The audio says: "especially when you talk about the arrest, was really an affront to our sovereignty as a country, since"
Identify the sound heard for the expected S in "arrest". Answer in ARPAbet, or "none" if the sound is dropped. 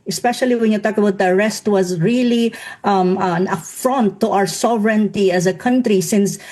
S